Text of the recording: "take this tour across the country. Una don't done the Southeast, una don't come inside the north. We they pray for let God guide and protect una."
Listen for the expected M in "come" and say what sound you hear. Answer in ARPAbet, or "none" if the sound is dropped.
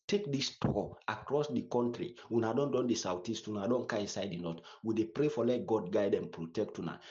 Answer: none